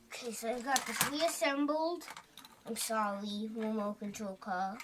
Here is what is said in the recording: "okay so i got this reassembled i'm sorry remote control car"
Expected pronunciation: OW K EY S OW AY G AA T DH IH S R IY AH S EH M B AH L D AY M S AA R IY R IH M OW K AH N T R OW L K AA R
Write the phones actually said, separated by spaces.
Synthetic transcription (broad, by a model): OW K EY S OW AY G AA T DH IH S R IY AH S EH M B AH L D AY M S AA L IY W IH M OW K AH N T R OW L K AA